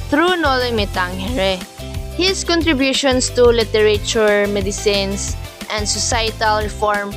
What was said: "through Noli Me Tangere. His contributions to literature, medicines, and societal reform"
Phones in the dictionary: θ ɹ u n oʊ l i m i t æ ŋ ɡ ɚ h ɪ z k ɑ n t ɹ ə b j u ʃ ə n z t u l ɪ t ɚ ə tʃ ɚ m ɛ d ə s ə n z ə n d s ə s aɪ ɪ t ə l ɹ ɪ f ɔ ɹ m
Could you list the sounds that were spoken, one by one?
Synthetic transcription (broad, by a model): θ ɹ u n oʊ l i m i t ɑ ŋ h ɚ h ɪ s k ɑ n t ɹ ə b j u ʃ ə n s t u l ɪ t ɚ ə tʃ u m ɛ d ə s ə n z ə n d s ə s aɪ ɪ t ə l ɹ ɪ f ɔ ɹ m